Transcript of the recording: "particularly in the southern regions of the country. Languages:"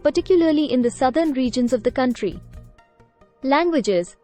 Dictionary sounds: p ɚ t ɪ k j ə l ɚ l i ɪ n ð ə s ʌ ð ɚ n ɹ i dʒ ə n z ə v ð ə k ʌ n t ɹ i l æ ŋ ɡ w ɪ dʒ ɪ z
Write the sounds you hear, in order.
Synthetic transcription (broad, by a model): p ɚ t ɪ k j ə l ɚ l i ɪ n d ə s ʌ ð ɚ n ɹ i dʒ ə n z ə v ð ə k ʌ n t ɹ i l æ ŋ ɡ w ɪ dʒ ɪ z